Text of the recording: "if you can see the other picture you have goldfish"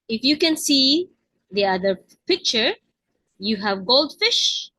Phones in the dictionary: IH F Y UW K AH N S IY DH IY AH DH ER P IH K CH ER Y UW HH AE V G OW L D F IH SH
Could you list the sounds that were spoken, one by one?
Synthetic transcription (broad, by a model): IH F Y UW K AH N S IY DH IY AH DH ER P IH K CH ER Y UW HH AE V G OW L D F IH SH